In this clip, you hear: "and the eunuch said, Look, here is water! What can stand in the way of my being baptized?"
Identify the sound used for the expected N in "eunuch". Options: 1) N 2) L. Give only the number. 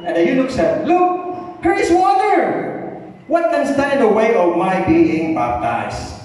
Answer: 2